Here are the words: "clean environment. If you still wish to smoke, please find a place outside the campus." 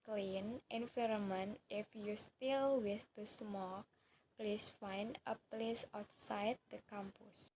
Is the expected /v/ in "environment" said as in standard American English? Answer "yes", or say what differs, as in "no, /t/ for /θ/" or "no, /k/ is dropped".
no, /f/ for /v/